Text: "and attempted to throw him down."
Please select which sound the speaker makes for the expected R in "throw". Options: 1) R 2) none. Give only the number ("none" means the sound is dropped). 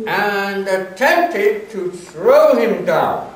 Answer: 1